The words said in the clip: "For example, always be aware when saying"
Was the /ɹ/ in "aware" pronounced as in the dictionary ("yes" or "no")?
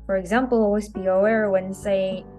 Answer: yes